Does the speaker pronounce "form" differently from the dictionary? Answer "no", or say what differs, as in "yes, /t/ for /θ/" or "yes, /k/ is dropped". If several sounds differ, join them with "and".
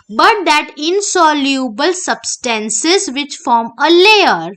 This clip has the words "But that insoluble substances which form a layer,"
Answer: no